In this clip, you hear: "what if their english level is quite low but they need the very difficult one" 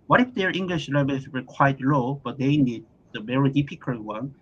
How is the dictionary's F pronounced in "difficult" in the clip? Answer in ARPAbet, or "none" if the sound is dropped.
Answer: P